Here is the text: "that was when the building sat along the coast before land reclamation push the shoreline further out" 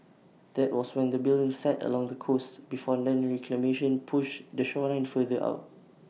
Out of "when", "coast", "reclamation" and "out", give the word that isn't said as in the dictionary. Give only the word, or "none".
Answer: none